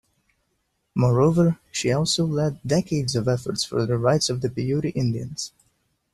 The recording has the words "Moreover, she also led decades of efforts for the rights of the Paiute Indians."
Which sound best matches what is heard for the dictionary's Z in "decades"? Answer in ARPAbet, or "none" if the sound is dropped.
Z